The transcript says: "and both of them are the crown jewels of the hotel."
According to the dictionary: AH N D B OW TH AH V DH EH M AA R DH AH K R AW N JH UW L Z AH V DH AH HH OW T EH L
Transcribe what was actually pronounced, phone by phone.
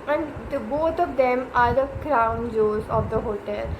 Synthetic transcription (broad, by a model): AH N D B OW T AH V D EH M AA R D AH K R AW N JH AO Z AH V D AH HH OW T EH L